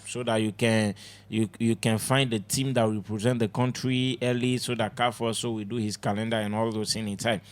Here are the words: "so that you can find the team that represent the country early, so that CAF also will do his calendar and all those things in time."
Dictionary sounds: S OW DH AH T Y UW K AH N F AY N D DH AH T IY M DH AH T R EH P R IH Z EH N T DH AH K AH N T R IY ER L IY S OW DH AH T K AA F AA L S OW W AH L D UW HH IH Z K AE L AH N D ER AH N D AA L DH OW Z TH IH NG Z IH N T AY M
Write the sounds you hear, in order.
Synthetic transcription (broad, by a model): S OW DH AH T Y UW K AH N F AY N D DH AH T IY M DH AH T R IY P R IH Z EH N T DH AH K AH N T R IY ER L IY S OW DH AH T K AA F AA S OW W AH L D UW HH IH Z K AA L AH N D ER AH N AA L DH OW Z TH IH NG IH N T AY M